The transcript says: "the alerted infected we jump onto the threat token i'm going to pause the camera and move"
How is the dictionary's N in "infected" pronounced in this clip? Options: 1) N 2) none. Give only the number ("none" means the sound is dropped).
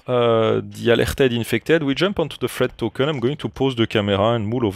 1